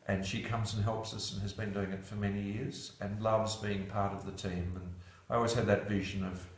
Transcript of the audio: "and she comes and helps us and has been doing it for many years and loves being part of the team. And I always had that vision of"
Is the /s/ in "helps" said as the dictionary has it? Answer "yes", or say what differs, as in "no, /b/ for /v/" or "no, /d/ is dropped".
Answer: yes